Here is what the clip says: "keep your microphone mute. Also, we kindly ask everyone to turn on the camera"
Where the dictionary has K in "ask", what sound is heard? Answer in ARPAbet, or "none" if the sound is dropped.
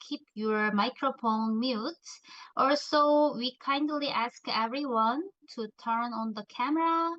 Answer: K